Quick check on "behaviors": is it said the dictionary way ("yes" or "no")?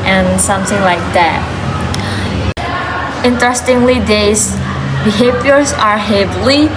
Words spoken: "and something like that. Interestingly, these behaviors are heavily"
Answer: no